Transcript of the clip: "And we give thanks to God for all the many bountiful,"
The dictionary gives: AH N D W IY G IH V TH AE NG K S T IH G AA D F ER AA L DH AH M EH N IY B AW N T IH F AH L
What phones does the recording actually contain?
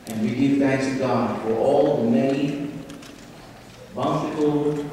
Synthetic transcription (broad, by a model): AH N W IY G IH V TH AE NG K S T IH G AA D F ER AA L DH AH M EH IY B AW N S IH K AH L